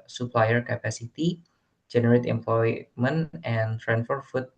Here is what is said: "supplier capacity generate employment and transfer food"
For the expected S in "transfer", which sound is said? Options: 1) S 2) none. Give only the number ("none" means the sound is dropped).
2